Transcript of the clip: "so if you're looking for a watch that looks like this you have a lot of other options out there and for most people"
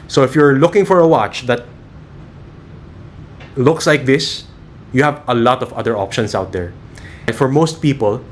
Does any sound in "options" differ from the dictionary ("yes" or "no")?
yes